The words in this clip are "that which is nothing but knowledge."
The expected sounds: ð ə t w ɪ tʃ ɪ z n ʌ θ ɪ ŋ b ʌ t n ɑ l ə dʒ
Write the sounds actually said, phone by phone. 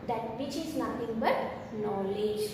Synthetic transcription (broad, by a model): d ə t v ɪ tʃ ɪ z n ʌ t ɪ ŋ b ʌ t n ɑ l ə dʒ